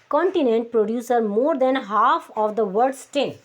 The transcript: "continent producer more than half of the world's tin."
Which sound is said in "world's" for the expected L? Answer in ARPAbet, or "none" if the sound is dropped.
none